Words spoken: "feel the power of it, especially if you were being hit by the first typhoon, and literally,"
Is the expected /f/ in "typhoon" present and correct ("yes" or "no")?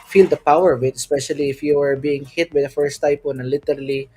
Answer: no